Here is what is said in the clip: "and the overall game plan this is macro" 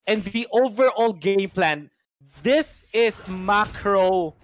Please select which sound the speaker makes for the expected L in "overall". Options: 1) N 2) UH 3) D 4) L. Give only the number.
4